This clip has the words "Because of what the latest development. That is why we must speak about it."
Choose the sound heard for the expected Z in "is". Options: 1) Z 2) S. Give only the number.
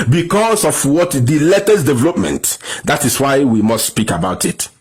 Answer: 2